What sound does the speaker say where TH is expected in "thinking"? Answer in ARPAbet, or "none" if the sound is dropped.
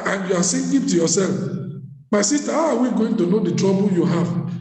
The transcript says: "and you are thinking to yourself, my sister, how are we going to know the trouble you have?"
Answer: S